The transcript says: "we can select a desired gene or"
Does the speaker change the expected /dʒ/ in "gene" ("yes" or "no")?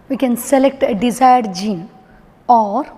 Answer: no